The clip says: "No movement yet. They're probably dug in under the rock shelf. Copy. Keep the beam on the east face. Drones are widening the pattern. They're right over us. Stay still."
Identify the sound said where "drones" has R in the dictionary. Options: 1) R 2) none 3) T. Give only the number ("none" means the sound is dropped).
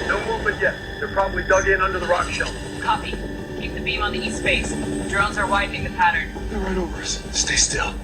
1